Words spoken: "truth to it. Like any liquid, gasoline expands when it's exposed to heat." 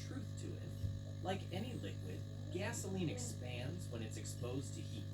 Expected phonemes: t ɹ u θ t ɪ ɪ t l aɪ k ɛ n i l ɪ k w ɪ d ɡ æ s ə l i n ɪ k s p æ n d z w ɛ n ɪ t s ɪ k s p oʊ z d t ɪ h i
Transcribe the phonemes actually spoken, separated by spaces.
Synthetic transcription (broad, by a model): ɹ u θ t ɪ ɪ t l aɪ k ɛ n i l ɪ k w ɪ d ɡ æ s ə l i n ɪ k s p æ n d z w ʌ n ɪ t s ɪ k s p oʊ z t ɪ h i